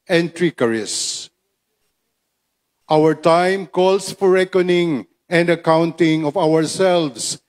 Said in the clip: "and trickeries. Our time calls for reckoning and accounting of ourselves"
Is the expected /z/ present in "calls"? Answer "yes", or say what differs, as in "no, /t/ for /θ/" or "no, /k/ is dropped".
no, /s/ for /z/